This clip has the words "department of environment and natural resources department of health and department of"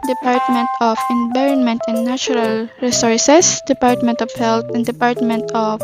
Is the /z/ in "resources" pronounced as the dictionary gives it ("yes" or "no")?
no